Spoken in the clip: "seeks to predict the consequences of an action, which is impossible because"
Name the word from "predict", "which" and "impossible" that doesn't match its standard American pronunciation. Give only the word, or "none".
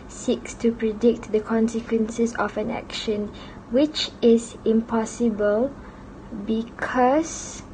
none